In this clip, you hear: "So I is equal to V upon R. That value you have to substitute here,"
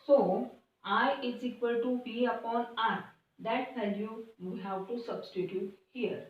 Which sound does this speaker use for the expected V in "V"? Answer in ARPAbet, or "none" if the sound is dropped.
B